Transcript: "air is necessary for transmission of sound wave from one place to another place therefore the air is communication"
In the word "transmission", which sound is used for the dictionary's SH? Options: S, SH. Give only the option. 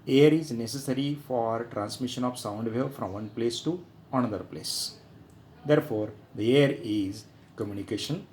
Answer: SH